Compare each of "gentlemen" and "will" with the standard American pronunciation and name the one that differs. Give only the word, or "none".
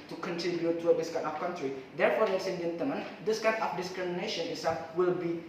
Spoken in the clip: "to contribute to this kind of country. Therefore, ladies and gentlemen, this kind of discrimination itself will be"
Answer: none